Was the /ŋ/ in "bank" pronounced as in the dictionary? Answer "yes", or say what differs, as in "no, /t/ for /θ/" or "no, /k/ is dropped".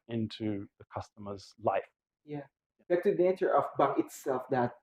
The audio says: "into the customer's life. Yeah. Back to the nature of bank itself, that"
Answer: no, /ŋ/ is dropped